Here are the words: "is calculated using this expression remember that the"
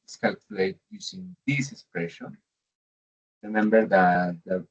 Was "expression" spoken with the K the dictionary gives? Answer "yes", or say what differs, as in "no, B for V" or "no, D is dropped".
yes